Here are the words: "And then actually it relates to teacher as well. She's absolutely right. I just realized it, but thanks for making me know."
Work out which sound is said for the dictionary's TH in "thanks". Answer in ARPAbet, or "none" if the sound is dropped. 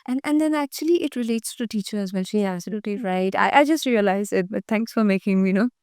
T